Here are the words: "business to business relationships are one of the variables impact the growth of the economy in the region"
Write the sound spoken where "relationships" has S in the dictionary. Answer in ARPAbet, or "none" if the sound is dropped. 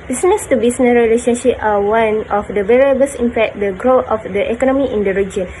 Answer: none